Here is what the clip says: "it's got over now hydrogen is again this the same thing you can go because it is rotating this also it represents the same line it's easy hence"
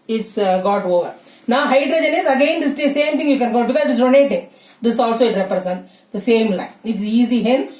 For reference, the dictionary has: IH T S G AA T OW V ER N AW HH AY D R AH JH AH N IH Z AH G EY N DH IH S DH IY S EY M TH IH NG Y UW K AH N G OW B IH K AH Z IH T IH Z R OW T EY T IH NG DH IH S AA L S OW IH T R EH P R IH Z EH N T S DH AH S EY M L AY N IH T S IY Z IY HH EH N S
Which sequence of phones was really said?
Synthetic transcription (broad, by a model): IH T S G AA T OW V ER N AW HH AY D R AH JH AH N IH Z AH G EY N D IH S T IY S EY M T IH NG Y UW K AH N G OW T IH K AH IH T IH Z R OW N EY T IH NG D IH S AA L S OW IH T R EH P R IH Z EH N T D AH S EY M L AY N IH T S IY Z IY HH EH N